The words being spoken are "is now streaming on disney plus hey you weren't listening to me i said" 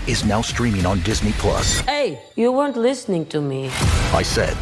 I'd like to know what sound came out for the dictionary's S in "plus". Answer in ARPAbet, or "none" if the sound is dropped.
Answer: S